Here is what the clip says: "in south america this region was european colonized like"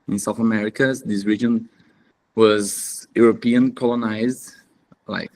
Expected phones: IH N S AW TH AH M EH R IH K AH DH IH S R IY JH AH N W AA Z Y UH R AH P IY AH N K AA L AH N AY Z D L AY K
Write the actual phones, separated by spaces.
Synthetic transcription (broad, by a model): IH N S AW TH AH M EH R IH K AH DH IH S R IY JH AH N W AA Z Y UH R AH P IY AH N K AA L AH N AY Z D L AY K